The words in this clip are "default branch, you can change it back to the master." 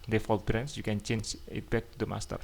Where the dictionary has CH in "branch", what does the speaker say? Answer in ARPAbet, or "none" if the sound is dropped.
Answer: S